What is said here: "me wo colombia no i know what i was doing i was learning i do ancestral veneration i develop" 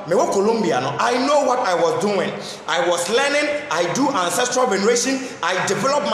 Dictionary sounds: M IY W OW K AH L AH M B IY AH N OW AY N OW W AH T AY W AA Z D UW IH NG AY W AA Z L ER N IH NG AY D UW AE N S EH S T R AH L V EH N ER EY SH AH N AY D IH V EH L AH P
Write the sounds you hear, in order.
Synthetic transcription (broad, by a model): M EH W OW K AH L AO M B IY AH N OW AY N OW W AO T AY W AA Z D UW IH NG AY W AA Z L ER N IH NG AY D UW AE N S EH S T R AH L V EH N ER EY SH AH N AY D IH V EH L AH P